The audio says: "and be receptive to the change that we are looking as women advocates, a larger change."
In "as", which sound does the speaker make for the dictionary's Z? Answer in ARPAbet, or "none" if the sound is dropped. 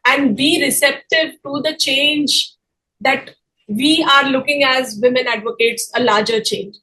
Z